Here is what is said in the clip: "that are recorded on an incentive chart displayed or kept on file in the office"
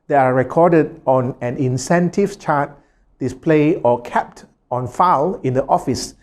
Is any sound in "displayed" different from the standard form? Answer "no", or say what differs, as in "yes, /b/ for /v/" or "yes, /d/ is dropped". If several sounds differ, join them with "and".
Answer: no